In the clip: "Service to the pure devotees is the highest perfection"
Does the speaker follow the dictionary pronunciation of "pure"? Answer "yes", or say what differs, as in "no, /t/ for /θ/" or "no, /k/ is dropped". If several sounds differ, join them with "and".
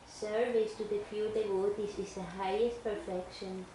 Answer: no, /f/ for /p/